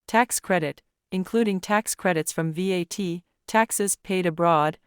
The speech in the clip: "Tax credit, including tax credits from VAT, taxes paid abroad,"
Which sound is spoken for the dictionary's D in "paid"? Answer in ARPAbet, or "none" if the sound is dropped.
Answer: D